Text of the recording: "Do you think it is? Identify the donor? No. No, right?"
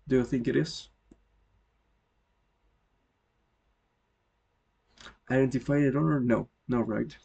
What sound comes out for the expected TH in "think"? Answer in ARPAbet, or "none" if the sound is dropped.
TH